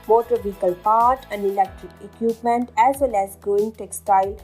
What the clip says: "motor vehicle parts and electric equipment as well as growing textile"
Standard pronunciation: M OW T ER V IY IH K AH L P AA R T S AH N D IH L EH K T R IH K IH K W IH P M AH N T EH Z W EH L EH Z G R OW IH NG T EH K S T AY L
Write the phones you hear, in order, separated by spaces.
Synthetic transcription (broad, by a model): M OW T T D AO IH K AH L P AA R T AH N D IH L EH K T R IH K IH K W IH P M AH N T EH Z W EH L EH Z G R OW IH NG T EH K S T AY L